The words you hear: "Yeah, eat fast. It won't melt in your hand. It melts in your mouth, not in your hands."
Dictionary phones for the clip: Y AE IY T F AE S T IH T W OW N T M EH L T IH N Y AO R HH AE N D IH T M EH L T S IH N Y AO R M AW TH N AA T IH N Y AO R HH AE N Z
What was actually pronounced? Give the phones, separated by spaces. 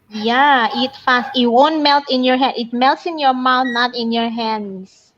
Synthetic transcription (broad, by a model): Y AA IY T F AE S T IH T W OW N T M EH L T IH N Y AO R HH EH D IH T M EH L T S IH N Y AO R M AW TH N AA T IH N Y AO R HH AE N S